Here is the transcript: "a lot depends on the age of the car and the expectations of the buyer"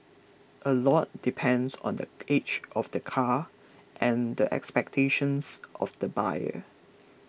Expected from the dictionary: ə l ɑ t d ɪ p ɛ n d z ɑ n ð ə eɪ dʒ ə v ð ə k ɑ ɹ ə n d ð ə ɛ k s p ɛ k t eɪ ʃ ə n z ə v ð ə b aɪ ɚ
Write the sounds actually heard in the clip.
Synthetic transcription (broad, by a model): ə l ɑ t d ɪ p ɛ n d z ɑ n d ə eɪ tʃ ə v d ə k ɑ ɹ ə n d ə ɛ k s p ɛ k t eɪ ʃ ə n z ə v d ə b aɪ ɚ